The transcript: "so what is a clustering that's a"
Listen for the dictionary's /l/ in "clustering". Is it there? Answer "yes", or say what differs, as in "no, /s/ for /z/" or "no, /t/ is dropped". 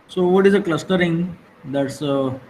yes